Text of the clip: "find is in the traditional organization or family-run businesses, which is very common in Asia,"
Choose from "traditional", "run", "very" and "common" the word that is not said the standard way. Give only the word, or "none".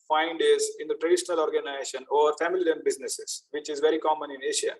run